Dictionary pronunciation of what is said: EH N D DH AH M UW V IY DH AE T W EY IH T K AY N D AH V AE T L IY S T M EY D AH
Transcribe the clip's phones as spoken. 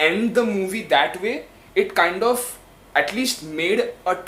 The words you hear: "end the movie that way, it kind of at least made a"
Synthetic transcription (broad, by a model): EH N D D AH M UW V IY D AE T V EY IH T K AY N D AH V AE T L IY S T M EY D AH